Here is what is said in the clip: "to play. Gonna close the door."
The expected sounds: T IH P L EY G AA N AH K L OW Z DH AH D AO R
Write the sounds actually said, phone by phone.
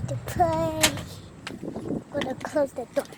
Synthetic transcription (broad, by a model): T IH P EY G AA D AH K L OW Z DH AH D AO